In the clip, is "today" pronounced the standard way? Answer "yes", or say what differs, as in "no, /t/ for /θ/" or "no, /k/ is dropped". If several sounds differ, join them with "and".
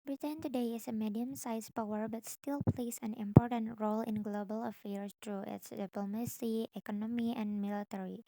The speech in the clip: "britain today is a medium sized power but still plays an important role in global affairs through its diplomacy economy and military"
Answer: yes